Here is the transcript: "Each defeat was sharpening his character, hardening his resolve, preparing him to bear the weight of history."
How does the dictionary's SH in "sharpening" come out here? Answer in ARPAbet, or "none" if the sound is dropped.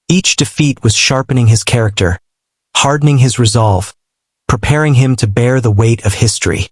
SH